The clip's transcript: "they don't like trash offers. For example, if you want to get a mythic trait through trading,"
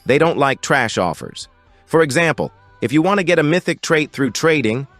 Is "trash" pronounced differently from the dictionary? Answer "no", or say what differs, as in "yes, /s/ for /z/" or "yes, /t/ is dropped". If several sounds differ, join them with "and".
no